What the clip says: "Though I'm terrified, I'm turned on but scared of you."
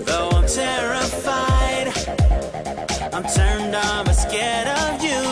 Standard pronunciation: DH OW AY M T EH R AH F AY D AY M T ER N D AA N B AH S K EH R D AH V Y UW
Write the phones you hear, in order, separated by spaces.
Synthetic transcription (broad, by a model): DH OW AY M T EH R AH F AY D AY M T ER N D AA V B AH S K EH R D AH V Y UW